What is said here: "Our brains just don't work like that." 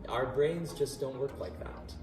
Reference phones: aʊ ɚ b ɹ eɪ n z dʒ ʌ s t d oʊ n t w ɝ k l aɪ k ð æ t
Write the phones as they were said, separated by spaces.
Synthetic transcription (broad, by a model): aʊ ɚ b ɹ eɪ n z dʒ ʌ s d oʊ n t w ɝ k l aɪ k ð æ t